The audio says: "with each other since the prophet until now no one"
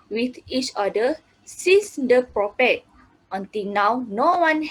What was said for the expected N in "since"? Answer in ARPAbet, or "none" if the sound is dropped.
none